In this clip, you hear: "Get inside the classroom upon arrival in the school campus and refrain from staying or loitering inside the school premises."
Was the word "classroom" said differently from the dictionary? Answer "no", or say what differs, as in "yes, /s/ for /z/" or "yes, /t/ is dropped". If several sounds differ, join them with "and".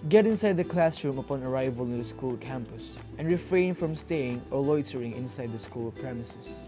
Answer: no